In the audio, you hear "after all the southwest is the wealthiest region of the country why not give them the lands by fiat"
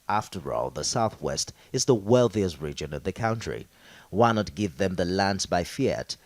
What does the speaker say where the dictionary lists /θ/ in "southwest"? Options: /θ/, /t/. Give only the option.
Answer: /θ/